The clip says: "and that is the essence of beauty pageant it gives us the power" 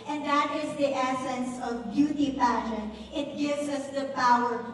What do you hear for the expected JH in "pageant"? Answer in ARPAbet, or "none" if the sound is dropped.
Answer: SH